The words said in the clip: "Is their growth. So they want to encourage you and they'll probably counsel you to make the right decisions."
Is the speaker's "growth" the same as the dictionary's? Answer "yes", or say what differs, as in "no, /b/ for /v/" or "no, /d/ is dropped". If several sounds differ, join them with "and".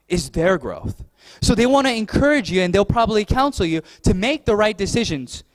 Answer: yes